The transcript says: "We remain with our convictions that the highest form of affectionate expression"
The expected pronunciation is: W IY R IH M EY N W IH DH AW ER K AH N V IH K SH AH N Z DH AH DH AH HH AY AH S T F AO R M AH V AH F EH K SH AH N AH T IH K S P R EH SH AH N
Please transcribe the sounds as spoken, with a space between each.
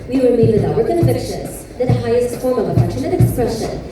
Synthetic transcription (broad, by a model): W IY W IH M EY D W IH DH AW ER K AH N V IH K SH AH N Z DH AH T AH HH AY AH S T F AO R M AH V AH P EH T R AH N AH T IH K S P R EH SH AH N